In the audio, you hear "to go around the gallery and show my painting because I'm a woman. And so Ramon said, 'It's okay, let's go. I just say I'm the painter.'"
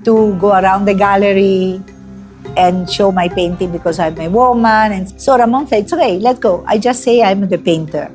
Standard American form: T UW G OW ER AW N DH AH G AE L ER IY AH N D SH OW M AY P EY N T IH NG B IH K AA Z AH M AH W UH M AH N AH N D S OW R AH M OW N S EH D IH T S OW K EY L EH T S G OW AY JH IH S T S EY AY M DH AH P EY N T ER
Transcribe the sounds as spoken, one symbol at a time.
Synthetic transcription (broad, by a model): T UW G OW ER AW N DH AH G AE L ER IY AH N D SH OW M AY P EY N T IH NG B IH K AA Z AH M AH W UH M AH N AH N S OW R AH M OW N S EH IH T S OW K EY L EH T S G OW AY JH IH S T S EY AY M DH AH P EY N T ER